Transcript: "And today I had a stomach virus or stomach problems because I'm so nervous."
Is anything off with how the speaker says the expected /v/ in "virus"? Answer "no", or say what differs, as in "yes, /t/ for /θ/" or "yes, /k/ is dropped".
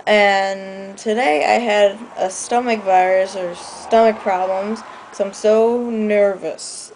no